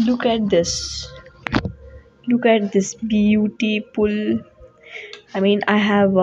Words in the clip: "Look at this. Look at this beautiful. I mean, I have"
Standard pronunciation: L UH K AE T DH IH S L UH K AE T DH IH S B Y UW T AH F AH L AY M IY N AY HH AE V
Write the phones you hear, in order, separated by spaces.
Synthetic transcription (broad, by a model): L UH K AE T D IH S L UH K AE T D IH S B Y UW T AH P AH L AY M IY N AY HH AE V